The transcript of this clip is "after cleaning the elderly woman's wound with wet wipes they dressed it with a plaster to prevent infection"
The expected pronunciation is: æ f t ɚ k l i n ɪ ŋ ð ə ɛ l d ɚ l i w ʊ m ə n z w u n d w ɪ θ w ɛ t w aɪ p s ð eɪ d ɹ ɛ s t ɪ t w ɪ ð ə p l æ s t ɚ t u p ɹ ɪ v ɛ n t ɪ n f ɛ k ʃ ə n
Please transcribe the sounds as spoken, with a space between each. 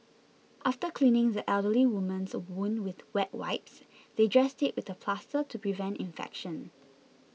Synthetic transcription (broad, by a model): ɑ f t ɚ k l i n ɪ ŋ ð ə ɛ l d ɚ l i w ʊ m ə n s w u n w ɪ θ w ɛ t w aɪ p s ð eɪ d ɹ ɛ s t ɪ t w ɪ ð ə p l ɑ s t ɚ t u p ɹ ɪ v ɛ n t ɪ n f ɛ k ʃ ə n